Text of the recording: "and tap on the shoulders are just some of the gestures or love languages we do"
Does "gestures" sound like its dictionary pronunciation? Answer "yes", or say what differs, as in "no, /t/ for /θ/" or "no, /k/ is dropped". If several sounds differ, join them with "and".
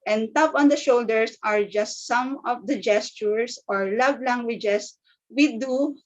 no, /s/ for /z/